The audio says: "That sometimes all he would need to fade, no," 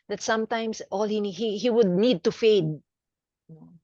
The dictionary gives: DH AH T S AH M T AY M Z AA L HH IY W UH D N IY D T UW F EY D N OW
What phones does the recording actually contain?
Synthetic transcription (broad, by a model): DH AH T S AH M T AY M S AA L HH IY W UH D N IY D T UW F EY D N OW